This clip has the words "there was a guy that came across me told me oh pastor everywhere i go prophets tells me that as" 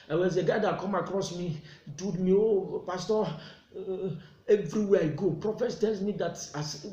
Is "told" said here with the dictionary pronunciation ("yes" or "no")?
no